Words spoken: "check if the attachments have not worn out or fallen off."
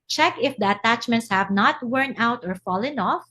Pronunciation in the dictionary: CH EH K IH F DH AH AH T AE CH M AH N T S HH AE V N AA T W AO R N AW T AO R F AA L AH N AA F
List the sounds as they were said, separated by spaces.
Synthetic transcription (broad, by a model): CH EH K IH F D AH AH T AE CH M AH N T S HH AE V N AA T W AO R N AW T AO R F AA L AH N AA F